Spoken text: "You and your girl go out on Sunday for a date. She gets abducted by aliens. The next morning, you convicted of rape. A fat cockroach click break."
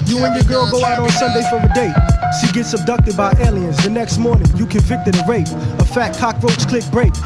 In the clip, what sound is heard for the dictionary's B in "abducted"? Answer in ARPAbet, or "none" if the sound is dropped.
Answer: B